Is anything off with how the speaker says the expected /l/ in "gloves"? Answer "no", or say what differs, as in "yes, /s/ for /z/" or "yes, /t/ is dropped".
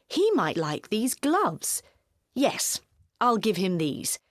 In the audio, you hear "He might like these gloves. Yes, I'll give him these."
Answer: no